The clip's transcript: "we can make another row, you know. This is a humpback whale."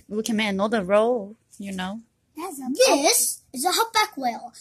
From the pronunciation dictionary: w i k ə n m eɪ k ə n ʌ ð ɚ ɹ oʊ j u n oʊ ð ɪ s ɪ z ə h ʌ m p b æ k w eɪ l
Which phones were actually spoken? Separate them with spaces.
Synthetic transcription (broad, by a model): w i k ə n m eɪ ə n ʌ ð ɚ ɹ oʊ j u n oʊ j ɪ s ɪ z ə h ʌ p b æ k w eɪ l